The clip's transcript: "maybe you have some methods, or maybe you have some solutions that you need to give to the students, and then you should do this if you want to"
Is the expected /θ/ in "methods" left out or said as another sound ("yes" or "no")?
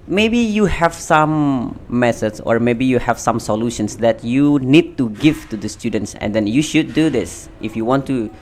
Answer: yes